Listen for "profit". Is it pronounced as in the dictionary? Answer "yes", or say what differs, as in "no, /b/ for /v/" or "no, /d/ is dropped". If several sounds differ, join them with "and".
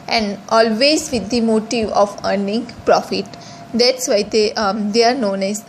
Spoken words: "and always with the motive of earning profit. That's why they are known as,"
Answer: yes